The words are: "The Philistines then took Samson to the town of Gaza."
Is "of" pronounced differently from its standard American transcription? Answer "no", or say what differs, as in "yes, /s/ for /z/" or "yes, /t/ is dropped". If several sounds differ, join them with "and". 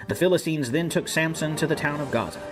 no